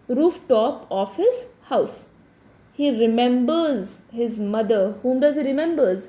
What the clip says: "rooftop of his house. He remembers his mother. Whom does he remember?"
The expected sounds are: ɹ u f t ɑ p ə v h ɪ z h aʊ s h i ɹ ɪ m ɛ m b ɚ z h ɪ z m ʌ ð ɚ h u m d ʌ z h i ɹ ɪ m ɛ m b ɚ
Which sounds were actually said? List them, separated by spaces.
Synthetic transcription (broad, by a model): ɹ u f t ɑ p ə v h ɪ z h aʊ s h i ɹ ɪ m ɛ m b ɚ z h ɪ z m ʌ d ɚ h u m d ʌ z h i ɹ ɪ m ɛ m b ɚ